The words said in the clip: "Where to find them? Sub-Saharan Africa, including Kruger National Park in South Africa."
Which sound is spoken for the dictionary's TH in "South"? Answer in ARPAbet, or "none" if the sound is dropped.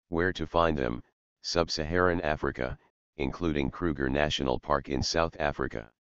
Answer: TH